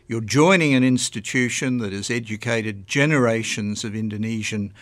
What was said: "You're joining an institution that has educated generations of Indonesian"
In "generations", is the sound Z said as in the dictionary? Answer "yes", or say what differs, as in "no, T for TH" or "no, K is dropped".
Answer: yes